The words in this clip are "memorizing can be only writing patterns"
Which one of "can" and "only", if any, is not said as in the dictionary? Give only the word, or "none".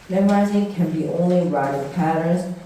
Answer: none